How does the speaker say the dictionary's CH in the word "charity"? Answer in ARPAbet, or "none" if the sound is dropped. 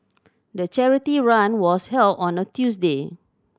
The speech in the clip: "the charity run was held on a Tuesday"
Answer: CH